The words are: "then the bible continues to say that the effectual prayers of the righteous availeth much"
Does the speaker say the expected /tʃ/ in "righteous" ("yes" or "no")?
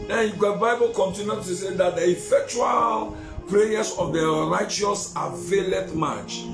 yes